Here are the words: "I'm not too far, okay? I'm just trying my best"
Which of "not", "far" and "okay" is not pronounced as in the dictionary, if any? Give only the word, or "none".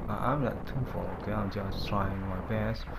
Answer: far